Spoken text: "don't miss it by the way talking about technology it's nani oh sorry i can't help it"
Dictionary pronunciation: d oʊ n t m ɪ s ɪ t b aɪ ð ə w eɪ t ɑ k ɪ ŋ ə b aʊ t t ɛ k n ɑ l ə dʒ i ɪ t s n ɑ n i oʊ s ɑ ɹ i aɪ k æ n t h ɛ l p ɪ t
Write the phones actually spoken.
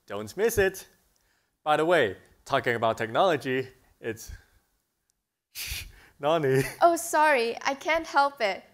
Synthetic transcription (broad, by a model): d oʊ n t m ɪ s ɪ t b aɪ ð ə w eɪ t ɑ k ɪ ŋ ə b aʊ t t ɛ k n ɑ l ə dʒ i ɪ t s n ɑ n i oʊ s ɑ ɹ i aɪ k æ n t h ɛ l p ɪ t